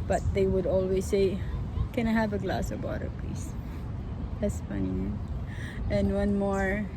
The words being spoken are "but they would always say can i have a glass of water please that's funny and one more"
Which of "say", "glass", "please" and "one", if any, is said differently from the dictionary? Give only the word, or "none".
please